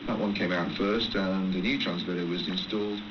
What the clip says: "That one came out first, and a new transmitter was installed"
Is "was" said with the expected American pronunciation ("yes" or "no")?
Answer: yes